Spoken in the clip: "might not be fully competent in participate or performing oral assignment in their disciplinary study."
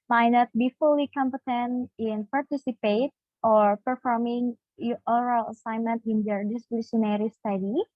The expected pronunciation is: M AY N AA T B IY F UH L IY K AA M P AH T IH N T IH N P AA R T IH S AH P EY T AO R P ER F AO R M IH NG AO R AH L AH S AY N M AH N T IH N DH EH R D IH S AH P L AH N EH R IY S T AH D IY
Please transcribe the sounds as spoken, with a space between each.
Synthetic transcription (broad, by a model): M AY N AA T B IY F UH L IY K AA M P AH T IH N T IH N P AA R T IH S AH P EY T AO R P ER F AO R M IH NG AO R AH L AH S AY N M AH N T IH N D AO R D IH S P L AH N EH R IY S T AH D IY